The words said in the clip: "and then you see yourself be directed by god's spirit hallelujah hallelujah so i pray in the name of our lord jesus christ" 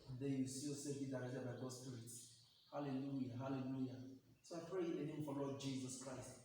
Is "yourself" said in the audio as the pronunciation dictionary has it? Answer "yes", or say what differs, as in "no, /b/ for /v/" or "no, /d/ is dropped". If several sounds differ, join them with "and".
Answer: no, /l/ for /ɹ/